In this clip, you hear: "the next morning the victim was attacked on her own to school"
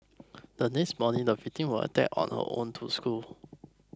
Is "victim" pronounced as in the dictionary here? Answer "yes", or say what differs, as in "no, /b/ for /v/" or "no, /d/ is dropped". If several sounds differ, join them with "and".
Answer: no, /f/ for /v/ and /k/ is dropped